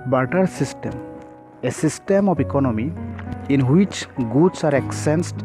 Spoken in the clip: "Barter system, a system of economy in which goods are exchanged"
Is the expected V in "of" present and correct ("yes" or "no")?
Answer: no